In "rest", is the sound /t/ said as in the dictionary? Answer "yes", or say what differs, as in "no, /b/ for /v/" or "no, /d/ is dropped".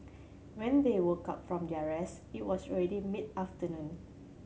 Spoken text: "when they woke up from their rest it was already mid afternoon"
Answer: no, /t/ is dropped